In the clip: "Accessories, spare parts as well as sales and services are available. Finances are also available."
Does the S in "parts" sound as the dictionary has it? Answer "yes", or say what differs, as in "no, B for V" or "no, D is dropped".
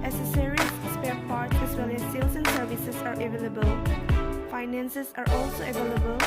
no, S is dropped